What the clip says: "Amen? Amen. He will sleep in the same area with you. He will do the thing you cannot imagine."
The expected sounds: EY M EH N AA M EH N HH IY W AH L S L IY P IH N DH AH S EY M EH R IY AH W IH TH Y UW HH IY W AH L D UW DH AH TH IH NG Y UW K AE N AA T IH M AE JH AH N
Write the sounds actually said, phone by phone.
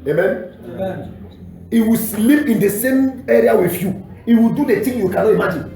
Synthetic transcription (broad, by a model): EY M M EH N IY W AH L S L IY P IH N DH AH S EY M EH R IY AH W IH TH Y UW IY W AH L D UW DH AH T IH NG Y UW K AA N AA IH M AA JH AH N